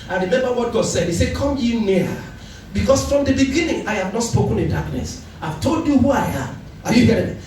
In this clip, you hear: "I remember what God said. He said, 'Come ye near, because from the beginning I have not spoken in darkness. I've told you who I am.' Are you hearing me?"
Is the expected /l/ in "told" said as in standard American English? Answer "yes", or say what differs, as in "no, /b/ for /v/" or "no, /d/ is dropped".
yes